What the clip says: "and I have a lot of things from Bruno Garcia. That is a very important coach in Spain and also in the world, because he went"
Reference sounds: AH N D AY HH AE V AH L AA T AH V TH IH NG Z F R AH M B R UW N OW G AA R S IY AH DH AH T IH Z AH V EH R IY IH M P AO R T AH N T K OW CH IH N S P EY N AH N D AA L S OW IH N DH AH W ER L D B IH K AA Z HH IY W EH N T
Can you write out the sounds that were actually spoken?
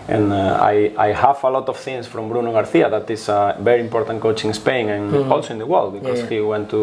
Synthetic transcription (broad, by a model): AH N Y AY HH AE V AH L AA T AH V TH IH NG S F R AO M B R UW N OW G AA R TH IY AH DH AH T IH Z AH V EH R IY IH M P AO R T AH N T K OW CH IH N S P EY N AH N AA L S OW IH N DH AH W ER L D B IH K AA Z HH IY W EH N T